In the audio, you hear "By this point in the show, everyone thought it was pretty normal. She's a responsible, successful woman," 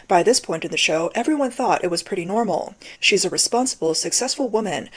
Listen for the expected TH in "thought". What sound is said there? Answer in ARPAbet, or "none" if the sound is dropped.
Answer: TH